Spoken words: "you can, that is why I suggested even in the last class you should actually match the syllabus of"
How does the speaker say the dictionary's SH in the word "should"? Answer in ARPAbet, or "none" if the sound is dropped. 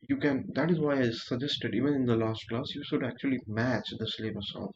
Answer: SH